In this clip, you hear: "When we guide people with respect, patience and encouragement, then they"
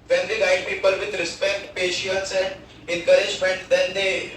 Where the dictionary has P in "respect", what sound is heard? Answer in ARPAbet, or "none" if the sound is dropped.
P